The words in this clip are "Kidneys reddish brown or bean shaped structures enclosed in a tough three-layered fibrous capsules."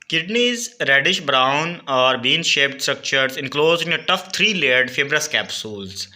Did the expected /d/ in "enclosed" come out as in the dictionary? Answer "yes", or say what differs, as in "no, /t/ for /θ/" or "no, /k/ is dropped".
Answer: no, /d/ is dropped